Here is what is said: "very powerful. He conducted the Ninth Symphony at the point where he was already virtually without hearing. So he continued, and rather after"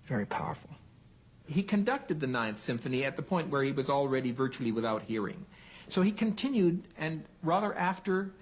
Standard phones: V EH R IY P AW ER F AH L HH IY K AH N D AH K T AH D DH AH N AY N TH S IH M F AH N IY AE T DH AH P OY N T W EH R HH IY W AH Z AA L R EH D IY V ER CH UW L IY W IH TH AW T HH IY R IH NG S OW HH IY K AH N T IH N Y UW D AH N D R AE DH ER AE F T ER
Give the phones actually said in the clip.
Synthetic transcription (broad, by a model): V EH R IY P AW ER F L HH IY K AH N D AH K T AH D DH AH N AY N TH S IH M F AH N IY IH T DH AH P OY N T W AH R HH IY W AH Z L R EH D IY V ER CH UW L IY W IH TH AW T HH IY R IH NG S OW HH IY K AH N T IH N Y UW D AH N R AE DH ER AE F T ER